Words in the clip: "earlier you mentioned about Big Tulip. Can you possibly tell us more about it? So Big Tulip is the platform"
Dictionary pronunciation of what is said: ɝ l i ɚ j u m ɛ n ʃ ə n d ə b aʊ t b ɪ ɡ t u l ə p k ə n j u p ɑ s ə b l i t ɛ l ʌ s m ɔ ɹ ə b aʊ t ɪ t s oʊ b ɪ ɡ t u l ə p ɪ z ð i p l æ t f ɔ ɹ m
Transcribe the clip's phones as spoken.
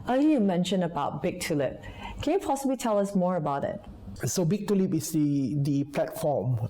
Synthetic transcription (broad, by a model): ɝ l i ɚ j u m ɛ n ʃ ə n ə b aʊ t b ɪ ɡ t u l ə p k ə n j u p ɑ s ə b l i t ɛ l ʌ s m ɔ ɹ ə b aʊ t ɪ t s oʊ b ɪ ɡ t u l ə p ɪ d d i p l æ t f ɔ m